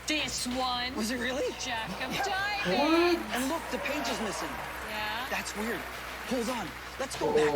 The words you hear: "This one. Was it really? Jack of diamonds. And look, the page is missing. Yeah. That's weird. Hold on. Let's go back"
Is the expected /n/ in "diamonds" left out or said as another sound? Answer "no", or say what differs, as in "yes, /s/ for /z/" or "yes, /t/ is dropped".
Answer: yes, /n/ is dropped